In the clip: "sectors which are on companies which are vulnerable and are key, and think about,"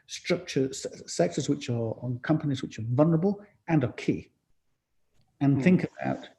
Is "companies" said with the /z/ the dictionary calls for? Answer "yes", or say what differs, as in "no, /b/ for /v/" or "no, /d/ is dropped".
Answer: yes